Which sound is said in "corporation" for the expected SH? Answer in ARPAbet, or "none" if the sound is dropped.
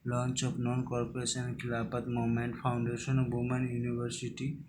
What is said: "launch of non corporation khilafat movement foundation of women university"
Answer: S